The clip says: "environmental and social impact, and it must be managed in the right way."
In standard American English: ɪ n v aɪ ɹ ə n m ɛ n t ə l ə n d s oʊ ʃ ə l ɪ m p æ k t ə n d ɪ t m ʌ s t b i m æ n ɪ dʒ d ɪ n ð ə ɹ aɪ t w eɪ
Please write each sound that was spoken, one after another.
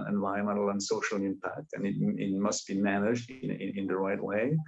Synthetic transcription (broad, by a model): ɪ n v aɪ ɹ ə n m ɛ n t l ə n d s oʊ ʃ ə l ɪ m p æ k t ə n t ɪ t m ʌ s t b i m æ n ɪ dʒ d ɪ n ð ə ɹ aɪ t w eɪ